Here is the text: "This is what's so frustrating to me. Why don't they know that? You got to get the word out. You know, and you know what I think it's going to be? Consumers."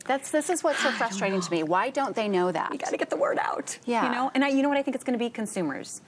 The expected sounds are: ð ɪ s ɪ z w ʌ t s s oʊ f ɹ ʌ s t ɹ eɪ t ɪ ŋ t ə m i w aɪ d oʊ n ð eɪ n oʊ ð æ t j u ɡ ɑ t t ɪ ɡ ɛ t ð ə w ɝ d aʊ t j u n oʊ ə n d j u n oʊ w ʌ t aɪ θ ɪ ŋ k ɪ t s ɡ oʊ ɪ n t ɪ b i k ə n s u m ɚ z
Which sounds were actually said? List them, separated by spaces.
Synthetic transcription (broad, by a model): ð ɪ s ɪ z w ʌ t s s oʊ f ɹ ʌ s t ɹ eɪ t ɪ ŋ t ə m i w aɪ d oʊ n ð eɪ n oʊ ð æ t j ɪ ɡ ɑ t t ɪ ɡ ɛ t ð ə w ɝ d aʊ t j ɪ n oʊ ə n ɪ j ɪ n oʊ w ʌ t aɪ θ ɪ ŋ k ɪ t s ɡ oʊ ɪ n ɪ b i k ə n s u m ɚ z